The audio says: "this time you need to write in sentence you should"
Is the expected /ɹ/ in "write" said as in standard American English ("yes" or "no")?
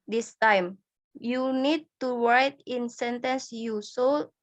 no